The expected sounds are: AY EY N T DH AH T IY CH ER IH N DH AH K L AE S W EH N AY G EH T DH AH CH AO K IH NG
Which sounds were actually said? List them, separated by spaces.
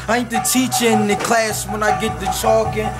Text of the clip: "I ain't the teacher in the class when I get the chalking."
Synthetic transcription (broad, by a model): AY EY T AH T IY CH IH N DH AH K L AE S W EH N AY G EH T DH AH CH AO K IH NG